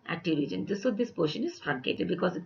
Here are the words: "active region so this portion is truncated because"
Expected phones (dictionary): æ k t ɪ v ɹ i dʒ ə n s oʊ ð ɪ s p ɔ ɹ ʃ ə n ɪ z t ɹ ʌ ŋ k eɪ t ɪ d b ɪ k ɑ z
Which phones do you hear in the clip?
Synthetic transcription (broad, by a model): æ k t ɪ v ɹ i ə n s oʊ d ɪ s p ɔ ʃ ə n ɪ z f ɹ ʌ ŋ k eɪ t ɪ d b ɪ k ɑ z